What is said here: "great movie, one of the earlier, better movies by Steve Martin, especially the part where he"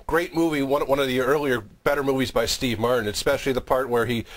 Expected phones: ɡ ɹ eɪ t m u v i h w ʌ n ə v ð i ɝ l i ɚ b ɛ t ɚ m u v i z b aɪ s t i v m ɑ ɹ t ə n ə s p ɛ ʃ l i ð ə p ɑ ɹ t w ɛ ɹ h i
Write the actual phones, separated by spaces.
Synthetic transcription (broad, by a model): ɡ ɹ eɪ t m u v i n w ʌ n ə v ð i ɝ l i ɚ b ɛ t ɚ m u v i z b aɪ s t i v m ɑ ɹ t n ə s p ɛ ʃ l i ð ə p ɑ ɹ t w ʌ ɹ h i